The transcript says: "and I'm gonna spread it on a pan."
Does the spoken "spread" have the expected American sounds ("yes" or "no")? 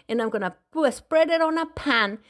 yes